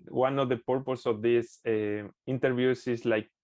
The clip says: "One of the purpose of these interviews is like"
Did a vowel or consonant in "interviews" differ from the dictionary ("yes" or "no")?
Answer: yes